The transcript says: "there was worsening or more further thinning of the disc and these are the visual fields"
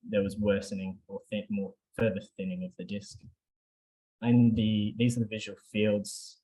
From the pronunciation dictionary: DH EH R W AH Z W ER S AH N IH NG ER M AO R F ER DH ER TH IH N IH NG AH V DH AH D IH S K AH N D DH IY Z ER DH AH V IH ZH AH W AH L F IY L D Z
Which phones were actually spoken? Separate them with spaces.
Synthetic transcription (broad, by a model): DH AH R W AH Z W ER S AH N IH NG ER M AO R F ER DH ER TH IH N IH NG AH V DH AH D IH S K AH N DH DH IY Z ER DH AH V IH ZH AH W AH L F IY L D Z